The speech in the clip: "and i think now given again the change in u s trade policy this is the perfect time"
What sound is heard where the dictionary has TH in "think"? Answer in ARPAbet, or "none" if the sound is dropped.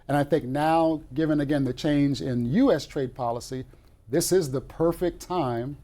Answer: TH